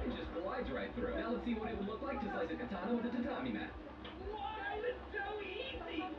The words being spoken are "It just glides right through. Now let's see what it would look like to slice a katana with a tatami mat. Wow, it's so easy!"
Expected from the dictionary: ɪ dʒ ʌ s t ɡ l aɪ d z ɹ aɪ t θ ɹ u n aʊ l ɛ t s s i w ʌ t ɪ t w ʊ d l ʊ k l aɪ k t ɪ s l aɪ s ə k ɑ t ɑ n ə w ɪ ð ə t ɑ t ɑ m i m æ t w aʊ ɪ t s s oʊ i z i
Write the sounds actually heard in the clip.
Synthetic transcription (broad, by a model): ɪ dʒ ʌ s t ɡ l aɪ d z ɹ aɪ t f ɹ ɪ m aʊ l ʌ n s s i w ʌ t ɪ t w l ʊ k l aɪ k t ɪ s aɪ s ə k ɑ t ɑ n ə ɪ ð ə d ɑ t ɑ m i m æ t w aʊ ɪ t s s oʊ i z i